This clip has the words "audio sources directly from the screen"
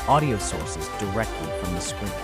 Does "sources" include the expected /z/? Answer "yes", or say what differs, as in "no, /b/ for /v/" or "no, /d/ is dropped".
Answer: yes